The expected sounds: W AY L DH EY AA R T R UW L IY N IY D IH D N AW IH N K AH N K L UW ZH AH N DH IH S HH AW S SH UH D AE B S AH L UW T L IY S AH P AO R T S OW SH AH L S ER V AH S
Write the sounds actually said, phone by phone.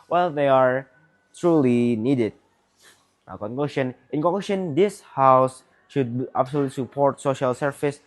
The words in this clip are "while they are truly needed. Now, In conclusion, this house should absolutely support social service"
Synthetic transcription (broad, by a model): W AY L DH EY AA R T R UW L IY N IY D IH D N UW IH N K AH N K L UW SH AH N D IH S HH AW S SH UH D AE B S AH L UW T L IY S AH P AO R T S OW SH AH L S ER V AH S